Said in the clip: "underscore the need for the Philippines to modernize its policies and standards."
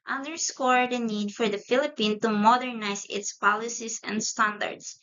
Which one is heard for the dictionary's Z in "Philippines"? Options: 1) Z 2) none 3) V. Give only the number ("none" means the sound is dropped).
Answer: 2